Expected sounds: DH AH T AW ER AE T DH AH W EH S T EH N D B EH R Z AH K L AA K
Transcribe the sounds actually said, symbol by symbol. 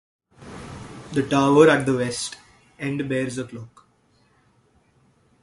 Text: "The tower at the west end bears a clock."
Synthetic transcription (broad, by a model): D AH T AW ER AE T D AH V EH S T EH N D B EH R Z AH K L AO K